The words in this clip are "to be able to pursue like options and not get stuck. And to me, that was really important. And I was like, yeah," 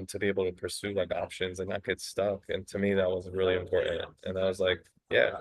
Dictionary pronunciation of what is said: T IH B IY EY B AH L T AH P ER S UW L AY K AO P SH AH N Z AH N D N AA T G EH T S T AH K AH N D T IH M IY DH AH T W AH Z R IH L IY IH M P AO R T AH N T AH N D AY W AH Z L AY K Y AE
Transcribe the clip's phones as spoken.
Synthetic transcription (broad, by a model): T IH B IY EY B L T AH P ER S UW L AY K AO P SH AH N Z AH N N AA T G EH T S T AH K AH N T IH M IY DH AH T W AH Z R IH L IY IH M P AO R T N T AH N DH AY W AH Z L AY K Y AE